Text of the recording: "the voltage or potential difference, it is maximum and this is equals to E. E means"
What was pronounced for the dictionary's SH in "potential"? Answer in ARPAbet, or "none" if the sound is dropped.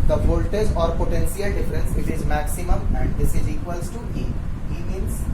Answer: S